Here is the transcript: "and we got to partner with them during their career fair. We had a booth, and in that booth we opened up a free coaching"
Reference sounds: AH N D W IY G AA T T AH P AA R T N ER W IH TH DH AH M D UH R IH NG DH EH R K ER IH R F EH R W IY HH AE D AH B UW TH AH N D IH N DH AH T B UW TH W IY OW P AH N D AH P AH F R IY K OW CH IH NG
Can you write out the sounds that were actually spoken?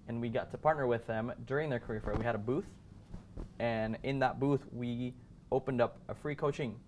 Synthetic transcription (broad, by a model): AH N W IY G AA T T AH P AA R T N ER W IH DH AH M D UH R IH NG DH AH R K ER IH R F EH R W IY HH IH D AH B UW TH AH N IH N DH AH T B UW TH W IY OW P AH N D AH P AH F R IY K OW CH IH NG